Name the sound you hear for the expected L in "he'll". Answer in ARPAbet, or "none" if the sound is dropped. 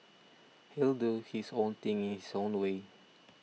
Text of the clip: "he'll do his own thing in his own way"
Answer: L